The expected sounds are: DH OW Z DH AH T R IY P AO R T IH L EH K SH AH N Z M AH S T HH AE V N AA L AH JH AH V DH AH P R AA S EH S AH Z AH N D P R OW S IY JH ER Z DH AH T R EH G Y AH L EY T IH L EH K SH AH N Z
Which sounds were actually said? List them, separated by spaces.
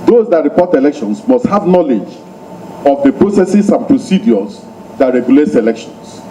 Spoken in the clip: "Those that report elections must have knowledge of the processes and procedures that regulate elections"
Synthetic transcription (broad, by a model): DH OW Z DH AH T R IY P AO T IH L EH K SH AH N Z M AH S T HH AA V N AA L AH JH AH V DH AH P R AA S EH S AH S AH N P R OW S IY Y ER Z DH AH T R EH G Y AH L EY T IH L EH K SH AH N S